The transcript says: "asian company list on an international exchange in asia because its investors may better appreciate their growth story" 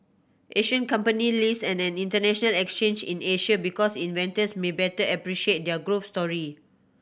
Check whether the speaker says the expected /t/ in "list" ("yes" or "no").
no